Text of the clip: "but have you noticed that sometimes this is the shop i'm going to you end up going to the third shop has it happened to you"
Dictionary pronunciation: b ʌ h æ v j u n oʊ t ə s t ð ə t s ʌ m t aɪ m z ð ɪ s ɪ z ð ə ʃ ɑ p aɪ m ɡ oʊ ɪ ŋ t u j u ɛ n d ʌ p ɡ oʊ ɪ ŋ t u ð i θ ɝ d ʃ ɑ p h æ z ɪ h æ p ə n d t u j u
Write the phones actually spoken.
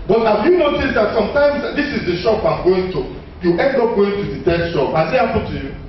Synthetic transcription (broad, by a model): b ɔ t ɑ f j u n oʊ t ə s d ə t s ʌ m t aɪ m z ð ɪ s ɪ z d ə ʃ ɑ p aɪ m ɡ oʊ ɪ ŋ t u j u ɛ n d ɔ p ɡ oʊ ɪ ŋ t u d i t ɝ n ʃ ɑ p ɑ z ɪ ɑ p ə t u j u